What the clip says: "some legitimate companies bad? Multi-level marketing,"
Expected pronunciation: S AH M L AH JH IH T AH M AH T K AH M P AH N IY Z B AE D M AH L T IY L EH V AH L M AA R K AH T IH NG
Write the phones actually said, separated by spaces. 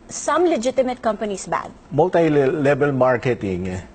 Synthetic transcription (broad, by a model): S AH M L AH JH IH T AH M AH T K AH M P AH N IY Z B AE D M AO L T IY L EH B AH L M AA R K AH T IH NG